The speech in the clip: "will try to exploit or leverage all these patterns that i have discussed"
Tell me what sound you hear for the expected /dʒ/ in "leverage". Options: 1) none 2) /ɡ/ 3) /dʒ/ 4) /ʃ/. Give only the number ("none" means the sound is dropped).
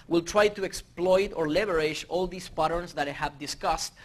4